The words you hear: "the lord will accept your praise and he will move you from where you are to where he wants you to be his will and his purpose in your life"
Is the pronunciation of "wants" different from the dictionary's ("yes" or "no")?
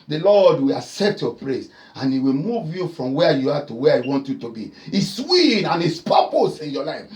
yes